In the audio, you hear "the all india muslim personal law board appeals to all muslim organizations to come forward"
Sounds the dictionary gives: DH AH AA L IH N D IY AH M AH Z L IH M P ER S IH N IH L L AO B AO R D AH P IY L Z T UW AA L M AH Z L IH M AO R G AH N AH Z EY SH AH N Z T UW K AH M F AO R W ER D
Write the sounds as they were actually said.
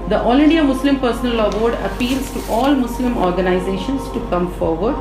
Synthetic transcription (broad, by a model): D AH AA L IH N D IY AH M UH S L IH M P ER S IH N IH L L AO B AO R D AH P IY L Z T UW AA L M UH S L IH M AO R G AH N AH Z EY SH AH N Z T UW K AH M F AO R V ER D